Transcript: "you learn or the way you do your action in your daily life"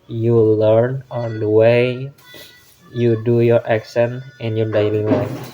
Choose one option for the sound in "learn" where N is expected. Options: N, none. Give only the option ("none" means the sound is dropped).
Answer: N